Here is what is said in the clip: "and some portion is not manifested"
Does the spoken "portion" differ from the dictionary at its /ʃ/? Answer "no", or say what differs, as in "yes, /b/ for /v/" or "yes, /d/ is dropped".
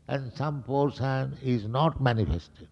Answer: yes, /s/ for /ʃ/